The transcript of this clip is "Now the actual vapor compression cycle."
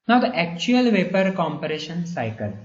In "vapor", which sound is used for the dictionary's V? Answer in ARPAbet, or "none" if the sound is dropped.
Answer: V